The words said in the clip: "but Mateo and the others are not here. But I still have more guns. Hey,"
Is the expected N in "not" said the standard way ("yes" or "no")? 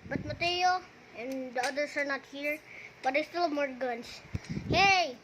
yes